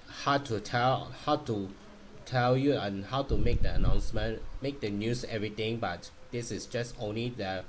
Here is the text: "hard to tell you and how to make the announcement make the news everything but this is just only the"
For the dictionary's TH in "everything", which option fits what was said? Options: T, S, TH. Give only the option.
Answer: T